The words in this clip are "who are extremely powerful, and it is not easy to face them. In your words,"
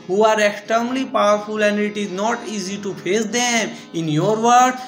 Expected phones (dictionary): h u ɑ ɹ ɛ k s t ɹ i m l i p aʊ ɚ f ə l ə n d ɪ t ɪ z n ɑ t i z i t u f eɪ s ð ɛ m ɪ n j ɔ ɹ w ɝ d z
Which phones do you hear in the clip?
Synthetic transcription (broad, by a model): h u ɑ ɹ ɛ k s t ʌ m l i p aʊ ɚ f ə l ə n d ɪ t ɪ z n ɑ t i z i t u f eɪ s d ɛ m ɪ n j ɔ ɹ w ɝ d